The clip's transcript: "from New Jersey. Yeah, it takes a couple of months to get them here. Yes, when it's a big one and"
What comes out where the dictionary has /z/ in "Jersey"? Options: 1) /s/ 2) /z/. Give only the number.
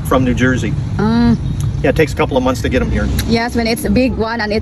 2